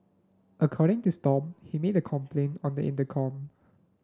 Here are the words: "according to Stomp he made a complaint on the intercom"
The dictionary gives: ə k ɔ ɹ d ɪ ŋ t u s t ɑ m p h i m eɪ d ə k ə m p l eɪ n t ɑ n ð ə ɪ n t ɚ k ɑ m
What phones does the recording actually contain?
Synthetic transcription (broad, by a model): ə k ɔ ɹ d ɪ ŋ t u s t ɑ p h i m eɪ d ə k ə m p l eɪ n t ɑ n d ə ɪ n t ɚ k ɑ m